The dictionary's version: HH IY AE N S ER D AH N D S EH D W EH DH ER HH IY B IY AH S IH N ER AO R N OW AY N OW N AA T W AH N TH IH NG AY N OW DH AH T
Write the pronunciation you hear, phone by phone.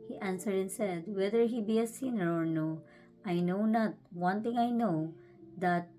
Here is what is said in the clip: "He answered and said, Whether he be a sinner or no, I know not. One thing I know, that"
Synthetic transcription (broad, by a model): HH IY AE N S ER D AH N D S EH D W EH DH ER HH IY B IY AH S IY N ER AO R N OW AY N OW N AA T W AH N T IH NG AY N OW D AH T